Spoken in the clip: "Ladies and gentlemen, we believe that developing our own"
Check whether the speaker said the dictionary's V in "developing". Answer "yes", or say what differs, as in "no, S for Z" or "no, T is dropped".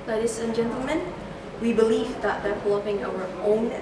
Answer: no, F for V